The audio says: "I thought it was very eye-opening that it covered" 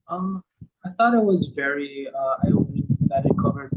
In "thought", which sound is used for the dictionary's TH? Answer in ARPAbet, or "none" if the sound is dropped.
TH